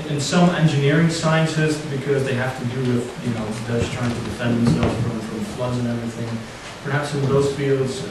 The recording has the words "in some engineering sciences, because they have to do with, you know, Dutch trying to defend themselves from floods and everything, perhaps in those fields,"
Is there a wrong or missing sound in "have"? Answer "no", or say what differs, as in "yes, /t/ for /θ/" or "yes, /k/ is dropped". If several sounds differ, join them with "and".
yes, /f/ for /v/